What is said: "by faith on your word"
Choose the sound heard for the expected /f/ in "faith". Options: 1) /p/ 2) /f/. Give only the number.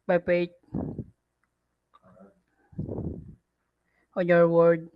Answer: 1